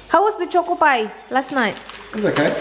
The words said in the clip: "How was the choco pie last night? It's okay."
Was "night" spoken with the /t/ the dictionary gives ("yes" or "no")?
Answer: no